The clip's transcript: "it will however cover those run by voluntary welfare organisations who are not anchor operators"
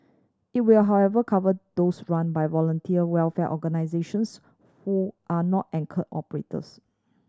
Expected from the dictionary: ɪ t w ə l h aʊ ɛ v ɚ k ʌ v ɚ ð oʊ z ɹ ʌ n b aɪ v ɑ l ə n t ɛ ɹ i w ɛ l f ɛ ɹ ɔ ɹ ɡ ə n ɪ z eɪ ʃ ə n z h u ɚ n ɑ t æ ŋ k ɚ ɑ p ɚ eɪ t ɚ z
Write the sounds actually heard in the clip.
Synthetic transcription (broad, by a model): ɪ t w ə l h aʊ ɛ v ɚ k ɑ v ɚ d oʊ s ɹ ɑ n b aɪ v ɑ l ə n t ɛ i w ɛ l f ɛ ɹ ɔ ɡ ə n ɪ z eɪ ʃ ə n s h u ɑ n ɑ t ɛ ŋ k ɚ ɑ p ɚ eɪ t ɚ s